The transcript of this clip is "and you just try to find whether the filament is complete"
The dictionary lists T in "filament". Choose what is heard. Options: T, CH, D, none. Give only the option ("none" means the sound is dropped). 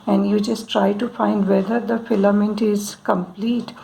T